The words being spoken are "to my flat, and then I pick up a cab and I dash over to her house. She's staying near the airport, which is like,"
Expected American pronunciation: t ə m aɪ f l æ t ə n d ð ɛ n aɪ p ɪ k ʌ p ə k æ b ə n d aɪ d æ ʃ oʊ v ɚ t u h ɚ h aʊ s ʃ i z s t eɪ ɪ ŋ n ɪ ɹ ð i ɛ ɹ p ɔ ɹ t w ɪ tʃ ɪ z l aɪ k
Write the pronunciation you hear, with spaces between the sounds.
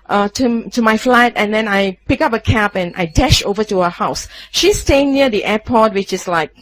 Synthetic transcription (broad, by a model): t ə m aɪ f l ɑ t ə n d ɛ n aɪ p ɪ k ʌ p ə k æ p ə n aɪ d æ ʃ oʊ v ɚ t u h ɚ h aʊ s ʃ i s t eɪ ɪ ŋ n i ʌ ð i ɛ p ɔ t w ɪ tʃ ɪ s l aɪ k